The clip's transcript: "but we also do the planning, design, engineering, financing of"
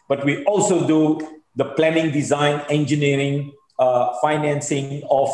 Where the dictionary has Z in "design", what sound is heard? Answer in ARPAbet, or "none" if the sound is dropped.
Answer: Z